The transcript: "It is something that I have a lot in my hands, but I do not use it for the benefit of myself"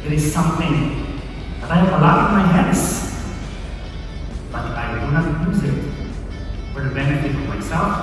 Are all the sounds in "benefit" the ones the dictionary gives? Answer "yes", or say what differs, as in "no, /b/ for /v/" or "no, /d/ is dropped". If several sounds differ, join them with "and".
no, /t/ is dropped